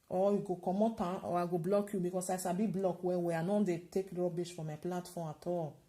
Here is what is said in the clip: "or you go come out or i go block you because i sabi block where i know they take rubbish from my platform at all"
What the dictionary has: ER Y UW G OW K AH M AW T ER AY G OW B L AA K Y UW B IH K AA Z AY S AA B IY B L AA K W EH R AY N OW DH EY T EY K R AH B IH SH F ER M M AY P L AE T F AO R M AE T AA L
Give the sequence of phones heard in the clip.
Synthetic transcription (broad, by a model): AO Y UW G OW K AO M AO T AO AY G OW B L AA K Y UW B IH K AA S AY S AA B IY B L AA K W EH W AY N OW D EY T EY K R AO B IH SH F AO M M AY P L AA T F AO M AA T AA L